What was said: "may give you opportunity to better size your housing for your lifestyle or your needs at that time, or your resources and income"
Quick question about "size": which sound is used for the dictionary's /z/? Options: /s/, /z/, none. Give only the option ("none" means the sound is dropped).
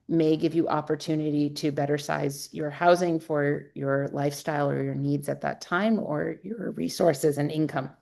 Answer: /z/